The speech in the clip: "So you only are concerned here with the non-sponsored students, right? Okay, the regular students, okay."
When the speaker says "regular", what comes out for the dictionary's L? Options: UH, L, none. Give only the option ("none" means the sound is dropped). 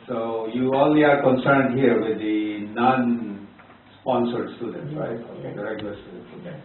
none